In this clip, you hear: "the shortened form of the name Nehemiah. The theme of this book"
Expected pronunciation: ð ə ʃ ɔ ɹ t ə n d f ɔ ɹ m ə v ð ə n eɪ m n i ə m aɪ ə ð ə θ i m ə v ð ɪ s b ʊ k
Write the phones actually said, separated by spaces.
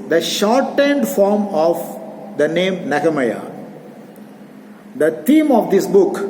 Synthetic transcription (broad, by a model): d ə ʃ ɔ ɹ t ə n d f ɔ ɹ m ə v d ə n eɪ m n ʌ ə m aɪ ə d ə t i m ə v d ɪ s b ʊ k